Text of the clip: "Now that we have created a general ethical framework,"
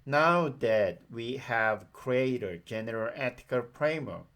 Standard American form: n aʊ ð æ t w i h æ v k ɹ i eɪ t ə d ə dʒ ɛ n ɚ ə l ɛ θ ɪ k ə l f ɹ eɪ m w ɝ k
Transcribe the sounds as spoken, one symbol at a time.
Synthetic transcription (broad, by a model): n aʊ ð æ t w i h æ v k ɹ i eɪ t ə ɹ dʒ ɛ n ɚ ə l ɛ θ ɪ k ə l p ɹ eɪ m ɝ